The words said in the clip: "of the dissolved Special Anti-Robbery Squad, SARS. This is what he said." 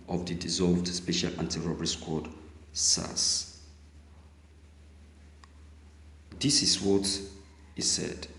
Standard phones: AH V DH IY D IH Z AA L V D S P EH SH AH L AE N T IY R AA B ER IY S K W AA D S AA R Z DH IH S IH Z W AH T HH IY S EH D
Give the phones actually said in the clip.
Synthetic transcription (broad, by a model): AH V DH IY D IH Z AA L V D S P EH SH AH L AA N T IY R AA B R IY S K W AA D S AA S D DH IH S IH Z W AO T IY S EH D